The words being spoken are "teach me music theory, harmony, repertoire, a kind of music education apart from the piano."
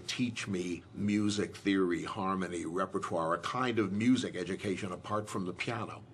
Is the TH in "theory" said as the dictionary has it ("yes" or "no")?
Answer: yes